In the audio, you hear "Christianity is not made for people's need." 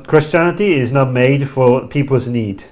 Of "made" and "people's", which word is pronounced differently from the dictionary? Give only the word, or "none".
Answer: none